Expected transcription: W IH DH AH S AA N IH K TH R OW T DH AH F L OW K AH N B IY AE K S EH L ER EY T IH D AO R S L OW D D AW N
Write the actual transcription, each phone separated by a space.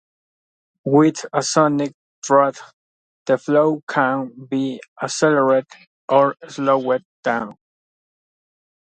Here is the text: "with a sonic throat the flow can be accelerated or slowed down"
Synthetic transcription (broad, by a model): W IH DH AH S AA N IH K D R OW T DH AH F L OW K AH N B IY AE S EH L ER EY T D AO R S L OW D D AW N